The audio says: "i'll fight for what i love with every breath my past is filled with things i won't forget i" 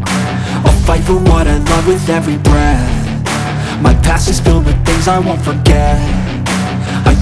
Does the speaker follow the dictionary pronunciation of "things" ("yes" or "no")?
yes